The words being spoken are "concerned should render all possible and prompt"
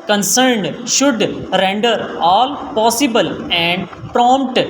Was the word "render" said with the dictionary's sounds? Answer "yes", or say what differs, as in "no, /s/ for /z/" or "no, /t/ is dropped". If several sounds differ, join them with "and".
yes